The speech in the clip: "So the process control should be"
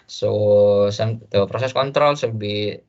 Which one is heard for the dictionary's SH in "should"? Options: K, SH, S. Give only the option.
S